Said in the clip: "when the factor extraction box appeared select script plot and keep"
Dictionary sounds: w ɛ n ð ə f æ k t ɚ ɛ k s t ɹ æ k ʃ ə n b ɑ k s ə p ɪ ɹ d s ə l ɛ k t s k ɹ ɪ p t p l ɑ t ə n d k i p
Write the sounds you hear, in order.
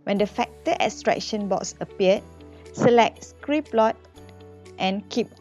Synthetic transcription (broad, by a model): w ɛ n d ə f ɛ k t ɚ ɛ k s t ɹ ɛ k ʃ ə n b ɑ k s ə p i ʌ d s ə l ɛ k t s k ɹ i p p l ɑ t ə n k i p